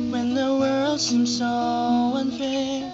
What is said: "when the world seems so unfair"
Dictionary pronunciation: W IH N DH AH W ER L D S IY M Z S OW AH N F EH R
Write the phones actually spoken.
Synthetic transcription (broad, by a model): W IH N DH AH W ER L D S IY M S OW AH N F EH